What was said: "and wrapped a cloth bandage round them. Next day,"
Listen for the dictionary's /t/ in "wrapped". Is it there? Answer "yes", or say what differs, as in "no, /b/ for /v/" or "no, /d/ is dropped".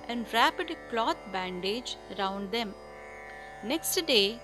no, /t/ is dropped